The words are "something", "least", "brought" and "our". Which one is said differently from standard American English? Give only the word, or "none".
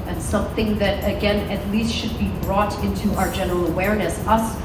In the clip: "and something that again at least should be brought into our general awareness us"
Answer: none